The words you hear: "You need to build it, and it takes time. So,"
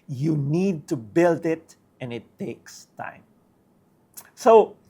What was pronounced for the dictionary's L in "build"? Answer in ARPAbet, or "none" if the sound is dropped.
L